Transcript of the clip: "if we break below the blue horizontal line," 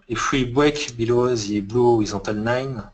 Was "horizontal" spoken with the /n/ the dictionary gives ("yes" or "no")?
no